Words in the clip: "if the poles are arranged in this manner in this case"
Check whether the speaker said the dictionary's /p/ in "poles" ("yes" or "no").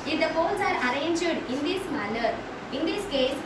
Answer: no